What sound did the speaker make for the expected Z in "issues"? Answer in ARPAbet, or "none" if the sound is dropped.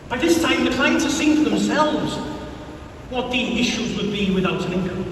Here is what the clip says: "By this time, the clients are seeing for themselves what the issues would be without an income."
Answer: Z